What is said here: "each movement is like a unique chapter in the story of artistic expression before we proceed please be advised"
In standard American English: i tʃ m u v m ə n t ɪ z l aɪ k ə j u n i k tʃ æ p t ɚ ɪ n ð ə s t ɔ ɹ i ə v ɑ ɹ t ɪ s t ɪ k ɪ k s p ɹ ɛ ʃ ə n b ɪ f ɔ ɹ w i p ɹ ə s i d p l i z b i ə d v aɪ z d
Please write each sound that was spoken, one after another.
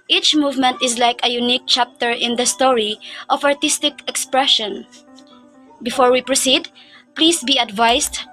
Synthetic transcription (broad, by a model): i tʃ m u v m ə n t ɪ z l aɪ k ə j u n i k tʃ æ p t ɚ ɪ n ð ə s t ɔ ɹ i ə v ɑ ɹ t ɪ s t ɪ k ɪ k s p ɹ ɛ ʃ ə n b ɪ f ɔ ɹ w i p ɹ ə s i d p l i s b i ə d v aɪ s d